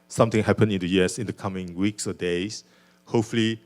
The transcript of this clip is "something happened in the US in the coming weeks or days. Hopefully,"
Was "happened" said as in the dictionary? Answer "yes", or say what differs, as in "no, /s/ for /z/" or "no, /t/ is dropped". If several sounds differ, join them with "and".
no, /d/ is dropped